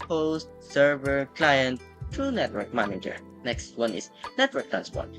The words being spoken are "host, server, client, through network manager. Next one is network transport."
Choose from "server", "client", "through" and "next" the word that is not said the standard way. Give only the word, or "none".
through